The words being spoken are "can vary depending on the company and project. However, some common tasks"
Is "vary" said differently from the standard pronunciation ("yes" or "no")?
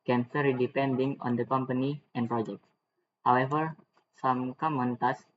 yes